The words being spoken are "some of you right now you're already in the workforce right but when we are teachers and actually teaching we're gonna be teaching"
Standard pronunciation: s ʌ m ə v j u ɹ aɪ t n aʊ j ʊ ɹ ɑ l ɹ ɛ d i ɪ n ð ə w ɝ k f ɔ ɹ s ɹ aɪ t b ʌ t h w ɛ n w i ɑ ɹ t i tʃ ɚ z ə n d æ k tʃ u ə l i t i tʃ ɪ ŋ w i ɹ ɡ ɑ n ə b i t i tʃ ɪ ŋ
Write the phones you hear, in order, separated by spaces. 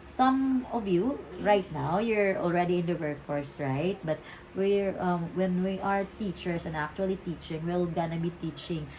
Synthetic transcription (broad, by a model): s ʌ m ə v j u ɹ aɪ t n aʊ j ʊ ɹ ɑ l ɹ ɛ d i ɪ n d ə w ɝ k f ɔ ɹ s ɹ aɪ t b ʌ t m w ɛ n w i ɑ ɹ t i tʃ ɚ s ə n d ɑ k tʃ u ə l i t i tʃ ɪ ŋ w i l ɡ ɑ n ə b i t i tʃ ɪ ŋ